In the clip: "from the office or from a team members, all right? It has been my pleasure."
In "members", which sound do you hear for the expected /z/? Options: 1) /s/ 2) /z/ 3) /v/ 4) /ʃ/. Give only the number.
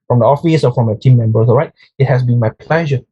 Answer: 1